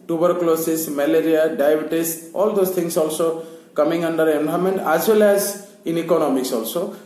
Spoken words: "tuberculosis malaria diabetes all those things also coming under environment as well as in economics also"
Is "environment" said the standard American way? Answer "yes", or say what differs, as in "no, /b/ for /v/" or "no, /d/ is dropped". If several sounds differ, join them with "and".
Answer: no, /b/ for /v/